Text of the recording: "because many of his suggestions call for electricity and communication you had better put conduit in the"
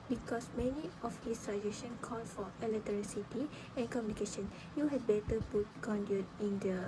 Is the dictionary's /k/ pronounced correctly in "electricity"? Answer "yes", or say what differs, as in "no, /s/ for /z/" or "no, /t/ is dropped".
no, /k/ is dropped